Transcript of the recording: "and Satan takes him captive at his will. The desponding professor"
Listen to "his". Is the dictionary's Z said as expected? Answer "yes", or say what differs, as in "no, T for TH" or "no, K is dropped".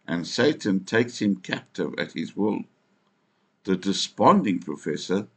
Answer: yes